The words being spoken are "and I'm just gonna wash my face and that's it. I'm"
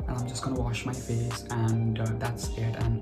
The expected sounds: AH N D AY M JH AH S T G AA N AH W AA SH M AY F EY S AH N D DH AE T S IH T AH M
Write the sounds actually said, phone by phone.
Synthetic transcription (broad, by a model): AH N AY M JH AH S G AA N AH W AA SH M AY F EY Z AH N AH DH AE T S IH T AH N